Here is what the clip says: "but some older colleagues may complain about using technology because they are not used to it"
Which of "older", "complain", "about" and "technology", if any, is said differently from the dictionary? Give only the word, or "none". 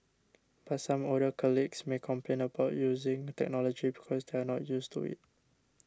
older